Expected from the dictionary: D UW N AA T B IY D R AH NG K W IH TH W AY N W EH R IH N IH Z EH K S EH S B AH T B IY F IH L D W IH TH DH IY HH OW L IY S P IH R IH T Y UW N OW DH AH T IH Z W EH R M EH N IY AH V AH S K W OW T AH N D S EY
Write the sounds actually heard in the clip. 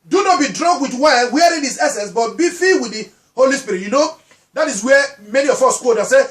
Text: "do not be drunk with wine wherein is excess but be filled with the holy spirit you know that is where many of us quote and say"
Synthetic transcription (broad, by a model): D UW N AA T B IY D R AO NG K W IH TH W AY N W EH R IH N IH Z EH S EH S B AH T B IY F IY W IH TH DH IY HH OW L IY S P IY R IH T Y UW N OW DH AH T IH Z W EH M EH N IY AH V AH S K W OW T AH S EY